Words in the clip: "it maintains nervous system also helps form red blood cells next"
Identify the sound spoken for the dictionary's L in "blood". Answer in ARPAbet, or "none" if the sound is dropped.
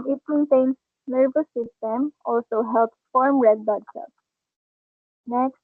none